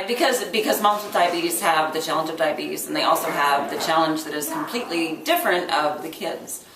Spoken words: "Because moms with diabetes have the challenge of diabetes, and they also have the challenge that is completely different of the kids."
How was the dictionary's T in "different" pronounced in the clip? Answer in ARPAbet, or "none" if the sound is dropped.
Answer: T